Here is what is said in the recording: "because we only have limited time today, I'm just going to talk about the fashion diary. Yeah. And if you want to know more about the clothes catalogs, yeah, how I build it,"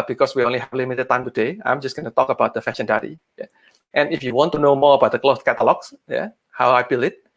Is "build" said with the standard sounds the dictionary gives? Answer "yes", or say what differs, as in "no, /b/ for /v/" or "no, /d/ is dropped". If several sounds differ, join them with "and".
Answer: no, /d/ is dropped